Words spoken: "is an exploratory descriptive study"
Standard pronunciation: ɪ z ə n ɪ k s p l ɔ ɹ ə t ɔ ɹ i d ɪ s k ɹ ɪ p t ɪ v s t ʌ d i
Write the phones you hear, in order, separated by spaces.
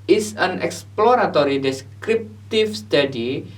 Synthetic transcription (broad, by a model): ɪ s ə n ɪ k s p l ɔ ɹ ə t ɔ ɹ i d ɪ s k ɹ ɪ p t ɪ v s t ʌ d i